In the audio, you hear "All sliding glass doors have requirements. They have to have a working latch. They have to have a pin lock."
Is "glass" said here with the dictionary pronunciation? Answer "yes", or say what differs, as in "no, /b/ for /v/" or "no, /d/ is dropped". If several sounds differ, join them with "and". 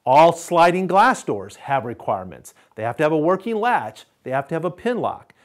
yes